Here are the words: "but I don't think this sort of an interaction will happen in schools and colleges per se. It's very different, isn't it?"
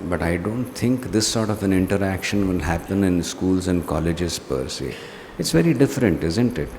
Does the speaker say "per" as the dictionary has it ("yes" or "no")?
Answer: yes